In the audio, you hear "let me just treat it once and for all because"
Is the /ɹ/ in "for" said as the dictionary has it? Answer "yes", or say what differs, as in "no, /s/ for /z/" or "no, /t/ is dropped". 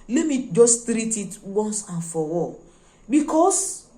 no, /w/ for /ɹ/